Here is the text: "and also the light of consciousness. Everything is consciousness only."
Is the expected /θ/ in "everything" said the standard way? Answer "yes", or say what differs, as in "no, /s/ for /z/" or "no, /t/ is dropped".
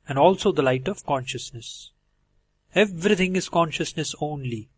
no, /t/ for /θ/